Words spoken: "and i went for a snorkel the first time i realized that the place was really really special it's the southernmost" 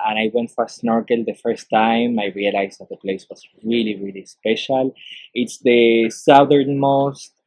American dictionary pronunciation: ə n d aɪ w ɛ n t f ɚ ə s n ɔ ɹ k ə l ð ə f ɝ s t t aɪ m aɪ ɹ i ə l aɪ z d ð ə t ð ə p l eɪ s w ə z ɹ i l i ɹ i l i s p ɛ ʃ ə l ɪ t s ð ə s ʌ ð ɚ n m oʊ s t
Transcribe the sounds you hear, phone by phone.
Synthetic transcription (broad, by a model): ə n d aɪ w ɛ n t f ə s n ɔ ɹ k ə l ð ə f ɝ s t t aɪ m aɪ ɹ i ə l aɪ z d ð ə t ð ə p l eɪ s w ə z ɹ i l i ɹ i l i s p ɛ ʃ ə l ɪ t s ð ə s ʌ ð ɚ n m oʊ s t